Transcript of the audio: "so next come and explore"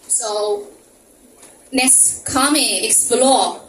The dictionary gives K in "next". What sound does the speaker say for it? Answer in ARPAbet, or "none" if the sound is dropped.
none